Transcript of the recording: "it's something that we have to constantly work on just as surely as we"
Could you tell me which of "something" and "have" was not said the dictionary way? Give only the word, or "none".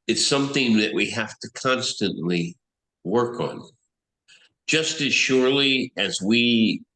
have